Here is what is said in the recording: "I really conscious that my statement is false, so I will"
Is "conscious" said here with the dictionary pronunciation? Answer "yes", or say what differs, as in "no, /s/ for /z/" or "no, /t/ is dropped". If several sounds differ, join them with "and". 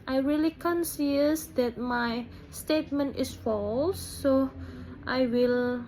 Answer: no, /s/ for /ʃ/